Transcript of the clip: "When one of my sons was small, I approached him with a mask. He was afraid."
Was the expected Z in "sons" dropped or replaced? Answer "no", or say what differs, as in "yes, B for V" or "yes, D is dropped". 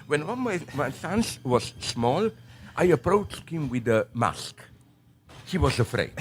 yes, S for Z